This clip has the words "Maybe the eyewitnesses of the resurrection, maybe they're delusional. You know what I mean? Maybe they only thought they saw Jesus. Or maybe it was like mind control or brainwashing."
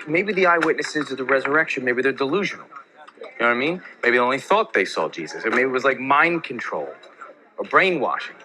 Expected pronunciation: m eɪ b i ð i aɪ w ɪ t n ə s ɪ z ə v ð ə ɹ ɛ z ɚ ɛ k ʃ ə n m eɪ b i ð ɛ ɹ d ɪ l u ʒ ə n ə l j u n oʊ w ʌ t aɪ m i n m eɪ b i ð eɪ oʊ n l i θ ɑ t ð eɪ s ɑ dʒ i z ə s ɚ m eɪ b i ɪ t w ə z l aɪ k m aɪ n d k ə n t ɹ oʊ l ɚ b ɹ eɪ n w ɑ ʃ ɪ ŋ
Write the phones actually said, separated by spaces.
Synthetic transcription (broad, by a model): m eɪ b i ð i aɪ w ɪ t n ə s ɪ z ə ð ə ɹ ɛ z ɚ ɛ k ʃ ə n m eɪ b i ð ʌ ɹ d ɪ l u ʒ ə n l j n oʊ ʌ aɪ m i n m eɪ b i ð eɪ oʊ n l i θ ɑ t ð eɪ s ɑ dʒ i z ə s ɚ m eɪ b i ɪ t w ə z l aɪ k m aɪ n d k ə n t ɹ oʊ l ɚ b ɹ eɪ n w ɑ ʃ ɪ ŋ